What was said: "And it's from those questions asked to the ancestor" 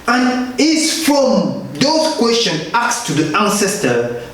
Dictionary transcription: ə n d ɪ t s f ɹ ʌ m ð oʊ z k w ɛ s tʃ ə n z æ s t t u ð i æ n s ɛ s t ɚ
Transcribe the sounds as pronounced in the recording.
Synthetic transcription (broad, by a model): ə n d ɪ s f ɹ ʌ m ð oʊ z k w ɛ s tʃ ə n ɑ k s t u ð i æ n s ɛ s t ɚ